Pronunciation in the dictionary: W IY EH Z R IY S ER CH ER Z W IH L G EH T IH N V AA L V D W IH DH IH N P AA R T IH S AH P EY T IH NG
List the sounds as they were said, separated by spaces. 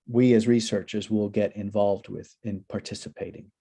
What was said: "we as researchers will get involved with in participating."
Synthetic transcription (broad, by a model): W IY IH Z R IY S ER CH ER Z W IH L G EH T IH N V AA L V D W IH DH IH N P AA R T IH S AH P EY T IH NG